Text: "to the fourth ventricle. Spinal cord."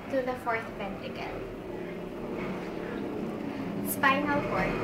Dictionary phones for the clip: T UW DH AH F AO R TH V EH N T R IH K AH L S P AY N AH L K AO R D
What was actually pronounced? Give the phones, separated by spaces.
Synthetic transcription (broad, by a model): T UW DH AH F AO R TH P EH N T IH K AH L S P AY N AH L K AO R